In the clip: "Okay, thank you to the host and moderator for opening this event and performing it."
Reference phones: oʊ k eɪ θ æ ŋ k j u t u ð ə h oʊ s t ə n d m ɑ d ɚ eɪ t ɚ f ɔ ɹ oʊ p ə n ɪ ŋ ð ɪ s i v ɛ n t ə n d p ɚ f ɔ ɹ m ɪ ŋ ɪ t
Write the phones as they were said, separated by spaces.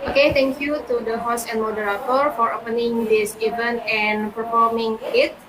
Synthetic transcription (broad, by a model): oʊ k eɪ t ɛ ŋ k j u t u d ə h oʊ s ə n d m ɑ d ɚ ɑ t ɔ f ɔ ɹ oʊ p ə n ɪ ŋ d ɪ s i v ɛ n t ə n p ɚ f ɔ ɹ m ɪ ŋ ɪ t